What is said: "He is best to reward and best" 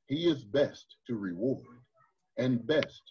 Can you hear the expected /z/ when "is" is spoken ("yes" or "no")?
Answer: yes